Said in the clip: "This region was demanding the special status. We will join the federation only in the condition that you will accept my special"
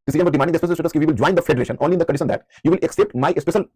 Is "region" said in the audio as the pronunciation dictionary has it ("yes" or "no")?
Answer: no